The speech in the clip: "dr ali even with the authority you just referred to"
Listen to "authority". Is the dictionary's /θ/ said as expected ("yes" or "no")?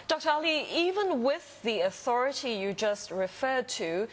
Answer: yes